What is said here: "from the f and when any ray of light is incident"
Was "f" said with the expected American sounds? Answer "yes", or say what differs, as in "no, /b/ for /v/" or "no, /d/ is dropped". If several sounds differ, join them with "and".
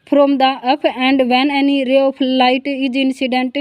no, /p/ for /f/